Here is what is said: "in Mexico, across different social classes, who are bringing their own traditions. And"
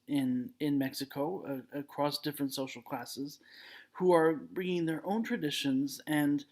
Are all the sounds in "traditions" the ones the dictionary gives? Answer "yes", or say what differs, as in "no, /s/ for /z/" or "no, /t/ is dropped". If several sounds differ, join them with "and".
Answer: yes